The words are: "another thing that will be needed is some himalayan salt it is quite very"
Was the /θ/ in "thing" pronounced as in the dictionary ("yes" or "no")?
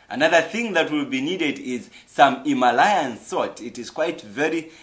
yes